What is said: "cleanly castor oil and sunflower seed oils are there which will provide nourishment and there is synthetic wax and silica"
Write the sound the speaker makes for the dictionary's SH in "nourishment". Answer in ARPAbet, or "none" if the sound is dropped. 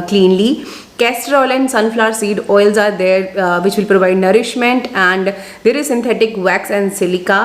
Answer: SH